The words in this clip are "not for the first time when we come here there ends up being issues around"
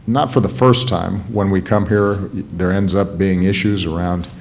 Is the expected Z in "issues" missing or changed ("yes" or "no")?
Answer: no